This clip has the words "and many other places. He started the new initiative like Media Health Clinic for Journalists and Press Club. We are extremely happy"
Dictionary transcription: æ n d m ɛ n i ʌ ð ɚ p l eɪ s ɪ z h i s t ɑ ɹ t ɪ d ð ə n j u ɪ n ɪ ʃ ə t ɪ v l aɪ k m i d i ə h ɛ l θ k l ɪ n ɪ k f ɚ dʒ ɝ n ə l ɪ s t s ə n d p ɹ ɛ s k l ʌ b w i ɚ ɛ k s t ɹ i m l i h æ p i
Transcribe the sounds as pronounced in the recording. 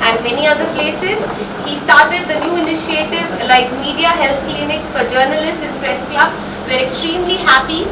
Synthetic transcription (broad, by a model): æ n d m ɛ n i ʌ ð ɚ p l eɪ s ɪ z h i s t ɑ ɹ t ɪ d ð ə n j u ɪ n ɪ ʃ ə t ɪ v l aɪ k m i d i ə h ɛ l t k l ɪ n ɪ k f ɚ dʒ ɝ n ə l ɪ s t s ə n p ɹ ɛ s k l ʌ b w ɚ ɛ k s t ɹ i m l i h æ p i